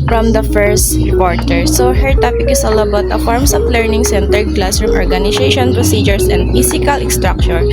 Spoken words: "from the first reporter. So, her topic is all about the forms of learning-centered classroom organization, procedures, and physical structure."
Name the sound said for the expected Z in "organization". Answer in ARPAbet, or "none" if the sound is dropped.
S